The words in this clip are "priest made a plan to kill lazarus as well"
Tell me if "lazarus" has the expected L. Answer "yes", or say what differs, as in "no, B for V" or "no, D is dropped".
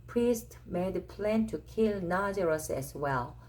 no, N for L